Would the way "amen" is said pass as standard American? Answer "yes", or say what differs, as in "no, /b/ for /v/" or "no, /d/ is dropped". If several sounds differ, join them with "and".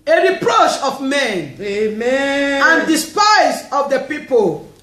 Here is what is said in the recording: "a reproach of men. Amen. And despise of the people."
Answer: no, /n/ is dropped